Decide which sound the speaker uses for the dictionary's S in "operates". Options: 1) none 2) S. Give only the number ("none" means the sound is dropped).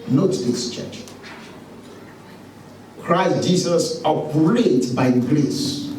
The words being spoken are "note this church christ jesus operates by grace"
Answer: 1